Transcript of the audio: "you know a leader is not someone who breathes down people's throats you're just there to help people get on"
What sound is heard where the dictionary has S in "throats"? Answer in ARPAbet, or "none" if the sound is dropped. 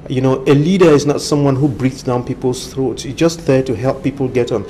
S